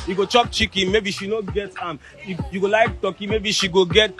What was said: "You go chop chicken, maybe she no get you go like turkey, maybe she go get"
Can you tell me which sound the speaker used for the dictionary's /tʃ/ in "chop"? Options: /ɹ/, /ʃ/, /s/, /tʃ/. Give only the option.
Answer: /tʃ/